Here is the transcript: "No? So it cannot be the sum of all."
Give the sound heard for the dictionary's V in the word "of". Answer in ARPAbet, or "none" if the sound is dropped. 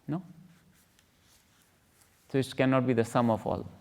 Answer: F